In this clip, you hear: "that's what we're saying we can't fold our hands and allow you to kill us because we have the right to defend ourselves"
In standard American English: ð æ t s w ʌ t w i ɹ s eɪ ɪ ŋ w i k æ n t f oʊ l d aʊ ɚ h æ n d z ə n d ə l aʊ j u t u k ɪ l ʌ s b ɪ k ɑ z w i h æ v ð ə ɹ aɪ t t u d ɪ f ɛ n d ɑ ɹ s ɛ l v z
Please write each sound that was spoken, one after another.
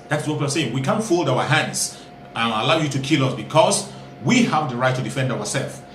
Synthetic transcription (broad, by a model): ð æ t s w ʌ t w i l s eɪ ɪ ŋ w i k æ n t f oʊ l d aʊ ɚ h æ n d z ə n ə l aʊ j u t u k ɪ l ʌ s b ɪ k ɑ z w i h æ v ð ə ɹ aɪ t t u d ɪ f ɛ n d ɑ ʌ s ɛ l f